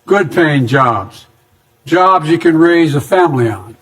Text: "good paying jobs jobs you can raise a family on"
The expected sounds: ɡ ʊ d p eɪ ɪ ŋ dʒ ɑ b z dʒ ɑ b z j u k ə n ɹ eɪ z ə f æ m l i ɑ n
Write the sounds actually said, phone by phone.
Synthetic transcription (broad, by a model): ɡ ʊ d p eɪ ɪ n dʒ ɑ b z dʒ ɑ b z j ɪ k ə n ɹ eɪ z ə f æ m l i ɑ n